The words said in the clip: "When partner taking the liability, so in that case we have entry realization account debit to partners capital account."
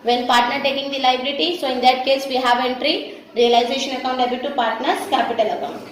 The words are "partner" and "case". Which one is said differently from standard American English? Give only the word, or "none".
none